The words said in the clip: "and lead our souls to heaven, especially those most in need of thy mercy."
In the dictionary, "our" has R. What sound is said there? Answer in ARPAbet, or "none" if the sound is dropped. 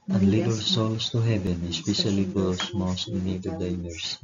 L